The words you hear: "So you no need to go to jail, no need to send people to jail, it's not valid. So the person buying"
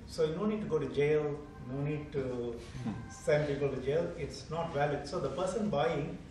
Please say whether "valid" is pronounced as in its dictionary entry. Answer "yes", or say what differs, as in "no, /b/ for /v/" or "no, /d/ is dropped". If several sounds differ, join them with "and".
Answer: yes